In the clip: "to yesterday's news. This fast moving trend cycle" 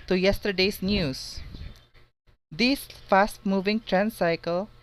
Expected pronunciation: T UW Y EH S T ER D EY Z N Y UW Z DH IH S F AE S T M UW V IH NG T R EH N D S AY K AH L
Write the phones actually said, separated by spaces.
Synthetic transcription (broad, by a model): T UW Y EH S T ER D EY S N Y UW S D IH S F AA S T M UW V IH NG T R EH N S AY K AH L